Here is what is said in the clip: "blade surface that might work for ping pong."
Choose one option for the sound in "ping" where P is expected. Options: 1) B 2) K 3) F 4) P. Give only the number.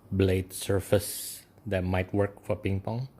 4